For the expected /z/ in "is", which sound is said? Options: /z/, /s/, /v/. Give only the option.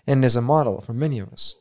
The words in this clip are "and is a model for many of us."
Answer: /z/